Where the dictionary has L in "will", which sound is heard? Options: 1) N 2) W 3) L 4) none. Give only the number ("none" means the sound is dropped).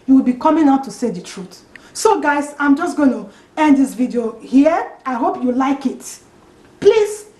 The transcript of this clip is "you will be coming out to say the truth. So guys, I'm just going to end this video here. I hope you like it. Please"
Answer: 3